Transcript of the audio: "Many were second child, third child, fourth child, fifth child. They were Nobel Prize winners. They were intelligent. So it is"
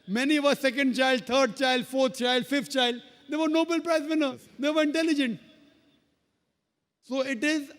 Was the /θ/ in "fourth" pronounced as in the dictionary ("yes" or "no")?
no